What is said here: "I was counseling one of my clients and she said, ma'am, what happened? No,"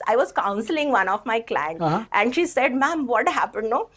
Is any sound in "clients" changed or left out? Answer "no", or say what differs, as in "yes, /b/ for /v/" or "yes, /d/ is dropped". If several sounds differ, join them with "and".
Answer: yes, /s/ is dropped